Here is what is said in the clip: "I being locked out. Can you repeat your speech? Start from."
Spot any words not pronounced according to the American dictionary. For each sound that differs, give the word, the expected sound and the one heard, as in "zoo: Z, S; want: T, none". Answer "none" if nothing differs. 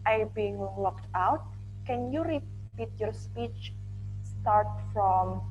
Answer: none